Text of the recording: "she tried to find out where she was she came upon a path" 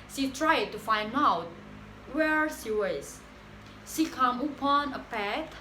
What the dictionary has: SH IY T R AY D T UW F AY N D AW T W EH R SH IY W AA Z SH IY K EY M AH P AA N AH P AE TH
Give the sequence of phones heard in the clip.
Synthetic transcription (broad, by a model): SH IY T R AY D T UW F AY N D AW T W EH R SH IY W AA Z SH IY K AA M AH P AA N AH P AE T